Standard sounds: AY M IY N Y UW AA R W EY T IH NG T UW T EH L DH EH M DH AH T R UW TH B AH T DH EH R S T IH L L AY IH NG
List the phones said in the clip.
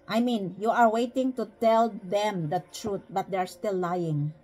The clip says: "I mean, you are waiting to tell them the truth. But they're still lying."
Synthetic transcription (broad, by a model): AY M IY N Y UW AA R W EY T IH NG T UW T EH L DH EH M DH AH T R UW T B AH T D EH R S T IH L L AY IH NG